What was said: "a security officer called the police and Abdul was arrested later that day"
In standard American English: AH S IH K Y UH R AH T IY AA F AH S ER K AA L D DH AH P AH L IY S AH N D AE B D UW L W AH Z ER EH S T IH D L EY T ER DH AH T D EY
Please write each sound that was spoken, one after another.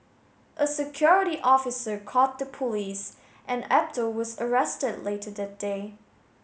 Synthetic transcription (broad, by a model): AH S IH K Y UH R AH T IY AA F AH S ER K AA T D DH AH P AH L IY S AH N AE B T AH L W AH Z ER EH S T IH D L EY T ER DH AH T D EY